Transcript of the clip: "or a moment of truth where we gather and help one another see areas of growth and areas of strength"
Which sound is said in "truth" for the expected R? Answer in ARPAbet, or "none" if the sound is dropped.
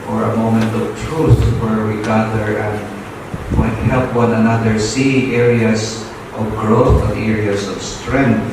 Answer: R